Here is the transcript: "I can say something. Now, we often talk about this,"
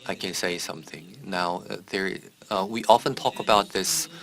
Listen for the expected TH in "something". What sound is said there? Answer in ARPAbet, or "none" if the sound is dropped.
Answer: TH